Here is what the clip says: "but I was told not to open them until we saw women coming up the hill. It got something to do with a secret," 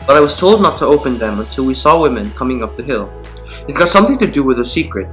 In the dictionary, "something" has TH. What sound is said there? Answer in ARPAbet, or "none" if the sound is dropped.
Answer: TH